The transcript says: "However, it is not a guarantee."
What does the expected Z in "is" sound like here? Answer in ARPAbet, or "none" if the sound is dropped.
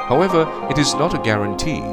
Z